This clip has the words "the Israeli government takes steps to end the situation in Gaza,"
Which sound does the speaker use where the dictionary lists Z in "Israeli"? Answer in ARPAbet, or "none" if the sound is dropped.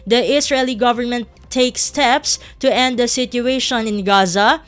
S